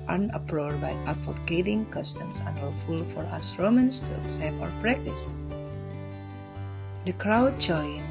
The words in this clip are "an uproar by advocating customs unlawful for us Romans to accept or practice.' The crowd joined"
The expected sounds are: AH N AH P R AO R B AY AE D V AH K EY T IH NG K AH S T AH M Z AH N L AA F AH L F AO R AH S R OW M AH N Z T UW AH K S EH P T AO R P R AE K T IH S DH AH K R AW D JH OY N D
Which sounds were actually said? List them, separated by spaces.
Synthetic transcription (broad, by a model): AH N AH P R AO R B AY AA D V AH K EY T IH NG K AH S T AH M S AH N W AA F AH L F AO R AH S R OW M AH N S T UW AH K S EH P T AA W P R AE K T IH S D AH K R AW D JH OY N